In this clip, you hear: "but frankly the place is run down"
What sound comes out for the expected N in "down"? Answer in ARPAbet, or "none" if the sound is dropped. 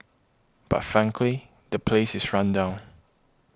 N